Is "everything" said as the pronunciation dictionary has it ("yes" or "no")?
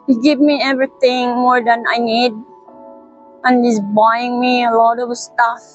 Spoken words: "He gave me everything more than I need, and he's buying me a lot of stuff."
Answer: no